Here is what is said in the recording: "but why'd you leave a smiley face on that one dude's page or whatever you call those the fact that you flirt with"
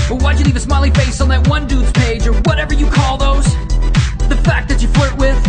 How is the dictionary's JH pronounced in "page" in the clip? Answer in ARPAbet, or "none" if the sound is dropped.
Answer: JH